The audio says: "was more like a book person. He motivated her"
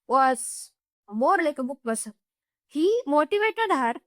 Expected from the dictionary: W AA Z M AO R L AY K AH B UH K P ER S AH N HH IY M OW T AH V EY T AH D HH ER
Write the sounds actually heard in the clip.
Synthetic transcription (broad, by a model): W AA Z M AO R L AY K AH B UH K B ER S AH HH IY M OW T AH V EY T AH D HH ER